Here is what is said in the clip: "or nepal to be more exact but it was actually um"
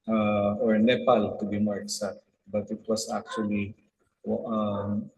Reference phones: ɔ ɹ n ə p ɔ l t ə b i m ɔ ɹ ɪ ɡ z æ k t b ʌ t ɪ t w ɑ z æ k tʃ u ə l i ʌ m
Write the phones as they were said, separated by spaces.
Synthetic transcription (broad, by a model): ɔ ɹ n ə p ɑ l t ə b i m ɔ ɹ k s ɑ t b ʌ t ɪ t w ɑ s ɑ k tʃ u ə l i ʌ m